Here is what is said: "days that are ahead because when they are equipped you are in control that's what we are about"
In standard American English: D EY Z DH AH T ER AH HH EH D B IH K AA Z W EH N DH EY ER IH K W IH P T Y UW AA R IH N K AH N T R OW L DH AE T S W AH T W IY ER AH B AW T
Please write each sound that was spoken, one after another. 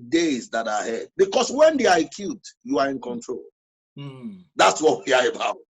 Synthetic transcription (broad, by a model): D EY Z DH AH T AH HH EH D B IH K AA S W EH N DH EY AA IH K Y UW T Y UW AA R IH N K AH N T R OW L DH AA T S W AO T W IY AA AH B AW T